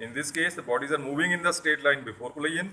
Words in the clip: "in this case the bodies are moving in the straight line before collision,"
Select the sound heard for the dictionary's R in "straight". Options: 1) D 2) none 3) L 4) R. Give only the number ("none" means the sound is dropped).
2